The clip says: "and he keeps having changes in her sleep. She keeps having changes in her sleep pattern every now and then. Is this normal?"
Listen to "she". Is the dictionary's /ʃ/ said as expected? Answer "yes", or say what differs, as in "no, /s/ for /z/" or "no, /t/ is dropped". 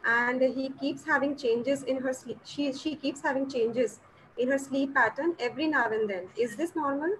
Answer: yes